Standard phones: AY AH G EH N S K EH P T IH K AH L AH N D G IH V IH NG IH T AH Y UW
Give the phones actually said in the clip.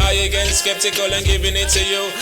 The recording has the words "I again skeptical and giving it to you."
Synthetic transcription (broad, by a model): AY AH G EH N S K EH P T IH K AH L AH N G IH B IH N IH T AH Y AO